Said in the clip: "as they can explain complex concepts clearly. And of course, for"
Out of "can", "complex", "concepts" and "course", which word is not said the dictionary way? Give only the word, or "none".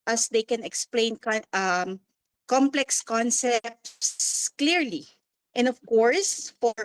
none